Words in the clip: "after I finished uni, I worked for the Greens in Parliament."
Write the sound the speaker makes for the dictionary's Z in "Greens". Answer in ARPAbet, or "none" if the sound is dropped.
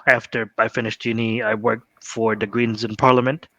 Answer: Z